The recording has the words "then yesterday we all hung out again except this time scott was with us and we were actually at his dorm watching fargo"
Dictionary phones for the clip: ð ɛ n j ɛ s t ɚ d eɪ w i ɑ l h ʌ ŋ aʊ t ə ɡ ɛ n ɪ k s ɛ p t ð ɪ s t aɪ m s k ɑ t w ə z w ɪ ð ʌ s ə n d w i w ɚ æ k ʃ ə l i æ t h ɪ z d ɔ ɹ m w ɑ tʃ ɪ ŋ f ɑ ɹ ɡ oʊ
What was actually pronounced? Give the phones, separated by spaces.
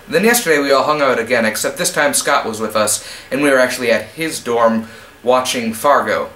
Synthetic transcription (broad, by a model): ð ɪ n j ɛ s t ɚ d eɪ w i ɑ l h ʌ ŋ aʊ t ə ɡ ɛ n ɪ k s ɛ p t ð ɪ s t aɪ m s k ɑ t w ə z w ɪ ð ʌ s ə n w i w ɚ æ k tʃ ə l i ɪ t h ɪ z d ɔ ɹ m w ɑ tʃ ɪ ŋ f ɑ ɹ ɡ oʊ